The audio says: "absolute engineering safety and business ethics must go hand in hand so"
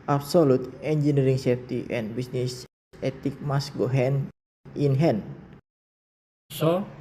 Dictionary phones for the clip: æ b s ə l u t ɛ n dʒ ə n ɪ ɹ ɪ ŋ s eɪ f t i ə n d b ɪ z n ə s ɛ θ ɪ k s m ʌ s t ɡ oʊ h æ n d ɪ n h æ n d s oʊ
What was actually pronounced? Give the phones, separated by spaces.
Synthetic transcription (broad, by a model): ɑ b s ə l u t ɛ n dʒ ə n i ɹ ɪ ŋ s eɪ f t i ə n b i s n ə s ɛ t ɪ k m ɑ s ɡ oʊ h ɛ n ɪ n h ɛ n s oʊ